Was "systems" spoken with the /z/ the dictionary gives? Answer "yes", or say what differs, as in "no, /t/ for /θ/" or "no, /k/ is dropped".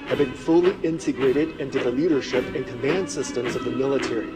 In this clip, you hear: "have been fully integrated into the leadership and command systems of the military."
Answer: yes